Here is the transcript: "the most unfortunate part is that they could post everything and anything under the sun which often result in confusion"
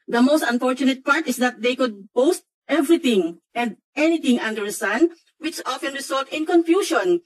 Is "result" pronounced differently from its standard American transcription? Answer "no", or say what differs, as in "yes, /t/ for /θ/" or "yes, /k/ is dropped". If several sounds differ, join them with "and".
yes, /s/ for /z/